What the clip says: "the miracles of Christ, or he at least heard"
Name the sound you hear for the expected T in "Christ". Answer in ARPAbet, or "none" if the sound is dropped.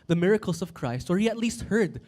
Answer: T